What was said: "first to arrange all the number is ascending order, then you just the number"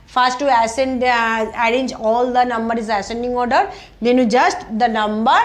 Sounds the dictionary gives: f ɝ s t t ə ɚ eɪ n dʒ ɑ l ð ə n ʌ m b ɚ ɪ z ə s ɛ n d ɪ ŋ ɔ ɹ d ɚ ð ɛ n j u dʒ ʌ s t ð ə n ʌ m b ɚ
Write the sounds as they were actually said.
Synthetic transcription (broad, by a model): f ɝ s t s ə ɚ eɪ n dʒ ɑ l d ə n ʌ m b ɚ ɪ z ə s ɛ n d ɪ ŋ ɔ ɹ d ɚ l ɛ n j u dʒ ʌ s t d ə n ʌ m b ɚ